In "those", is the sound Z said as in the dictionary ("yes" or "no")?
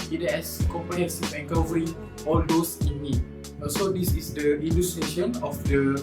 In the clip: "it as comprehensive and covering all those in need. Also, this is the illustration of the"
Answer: no